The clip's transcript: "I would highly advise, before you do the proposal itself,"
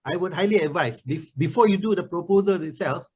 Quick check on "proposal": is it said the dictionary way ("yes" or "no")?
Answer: yes